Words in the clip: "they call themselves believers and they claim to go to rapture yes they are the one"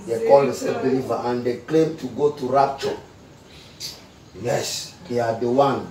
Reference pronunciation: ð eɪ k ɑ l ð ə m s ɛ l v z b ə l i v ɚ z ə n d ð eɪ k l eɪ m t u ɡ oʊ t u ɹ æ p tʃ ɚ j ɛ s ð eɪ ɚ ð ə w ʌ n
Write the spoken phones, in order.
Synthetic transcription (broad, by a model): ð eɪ k ɑ l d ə s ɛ v b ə l i v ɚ ə n d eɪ k l eɪ m t u ɡ oʊ t u ɹ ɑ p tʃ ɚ j ɛ s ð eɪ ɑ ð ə w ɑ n